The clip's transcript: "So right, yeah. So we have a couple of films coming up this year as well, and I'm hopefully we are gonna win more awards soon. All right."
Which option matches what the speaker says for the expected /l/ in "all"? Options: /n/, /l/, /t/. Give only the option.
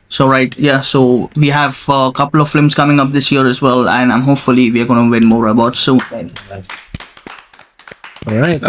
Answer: /n/